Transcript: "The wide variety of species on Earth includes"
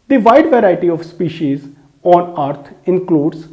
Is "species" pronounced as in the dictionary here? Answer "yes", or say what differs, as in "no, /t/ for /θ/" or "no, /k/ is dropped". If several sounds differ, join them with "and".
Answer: yes